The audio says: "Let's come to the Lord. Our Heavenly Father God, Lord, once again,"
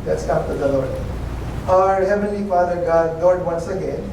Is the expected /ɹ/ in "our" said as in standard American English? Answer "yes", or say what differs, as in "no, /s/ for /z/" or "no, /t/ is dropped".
yes